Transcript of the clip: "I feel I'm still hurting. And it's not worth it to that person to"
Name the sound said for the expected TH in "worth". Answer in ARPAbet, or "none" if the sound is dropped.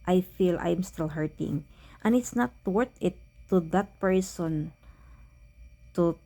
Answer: T